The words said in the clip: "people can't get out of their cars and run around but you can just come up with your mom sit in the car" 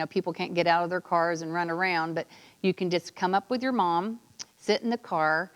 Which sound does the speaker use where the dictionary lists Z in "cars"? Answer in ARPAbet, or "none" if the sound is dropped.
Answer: Z